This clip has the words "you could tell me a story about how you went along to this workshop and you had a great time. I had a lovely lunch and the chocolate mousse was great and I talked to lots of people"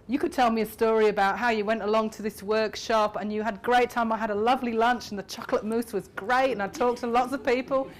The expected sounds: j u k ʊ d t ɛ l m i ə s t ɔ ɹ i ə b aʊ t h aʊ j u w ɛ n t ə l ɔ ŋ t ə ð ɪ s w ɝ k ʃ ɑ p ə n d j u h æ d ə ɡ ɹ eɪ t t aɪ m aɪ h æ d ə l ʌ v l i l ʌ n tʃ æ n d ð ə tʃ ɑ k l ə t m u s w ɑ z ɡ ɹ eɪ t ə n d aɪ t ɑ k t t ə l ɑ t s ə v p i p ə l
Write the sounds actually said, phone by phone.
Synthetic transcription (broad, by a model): j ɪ k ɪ d t ɛ l m i ə s t ɔ ɹ i ə b aʊ t h aʊ j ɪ w ɛ n t ə l ɔ ŋ t ə ð ɪ s w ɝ k ʃ ɑ p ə n j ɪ d ɡ ɹ eɪ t t aɪ m aɪ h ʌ d ə l ʌ v l i l ʌ n tʃ n ð ə tʃ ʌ k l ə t m u s w ɑ z ɡ ɹ eɪ t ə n aɪ t ɑ k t t ə l ɑ t s ə v p i p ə l